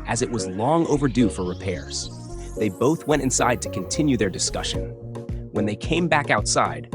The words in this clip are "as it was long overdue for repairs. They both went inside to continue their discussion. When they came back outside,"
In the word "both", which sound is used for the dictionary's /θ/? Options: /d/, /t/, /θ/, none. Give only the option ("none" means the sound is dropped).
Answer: /θ/